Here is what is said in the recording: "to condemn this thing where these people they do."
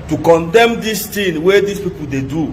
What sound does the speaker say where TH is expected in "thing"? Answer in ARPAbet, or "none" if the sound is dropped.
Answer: T